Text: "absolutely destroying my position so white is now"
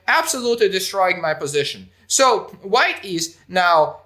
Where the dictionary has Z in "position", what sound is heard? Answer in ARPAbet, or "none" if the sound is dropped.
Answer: Z